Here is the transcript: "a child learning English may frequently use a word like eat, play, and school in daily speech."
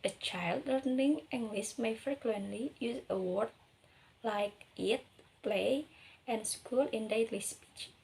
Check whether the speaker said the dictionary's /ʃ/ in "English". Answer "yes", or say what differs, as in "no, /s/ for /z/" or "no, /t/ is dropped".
no, /s/ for /ʃ/